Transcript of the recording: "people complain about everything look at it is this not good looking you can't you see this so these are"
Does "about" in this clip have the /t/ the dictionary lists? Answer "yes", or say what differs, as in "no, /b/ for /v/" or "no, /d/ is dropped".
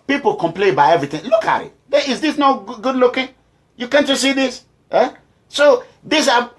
no, /t/ is dropped